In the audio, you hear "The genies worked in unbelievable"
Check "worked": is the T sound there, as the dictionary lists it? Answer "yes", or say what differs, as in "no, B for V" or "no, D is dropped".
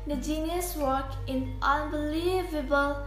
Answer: no, T is dropped